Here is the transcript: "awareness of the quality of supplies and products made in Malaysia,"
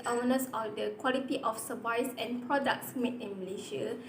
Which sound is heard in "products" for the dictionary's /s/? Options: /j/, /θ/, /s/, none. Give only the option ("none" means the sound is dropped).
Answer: /s/